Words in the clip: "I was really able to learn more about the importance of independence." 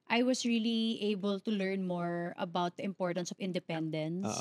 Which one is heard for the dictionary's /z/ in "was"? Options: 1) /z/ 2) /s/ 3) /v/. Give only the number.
2